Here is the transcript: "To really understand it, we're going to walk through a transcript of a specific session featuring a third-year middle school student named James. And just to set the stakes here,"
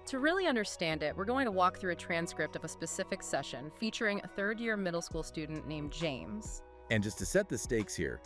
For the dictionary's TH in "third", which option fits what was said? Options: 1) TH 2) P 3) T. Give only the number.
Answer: 1